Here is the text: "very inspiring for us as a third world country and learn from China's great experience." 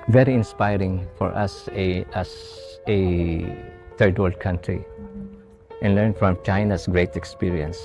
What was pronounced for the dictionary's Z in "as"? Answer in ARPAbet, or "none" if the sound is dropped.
S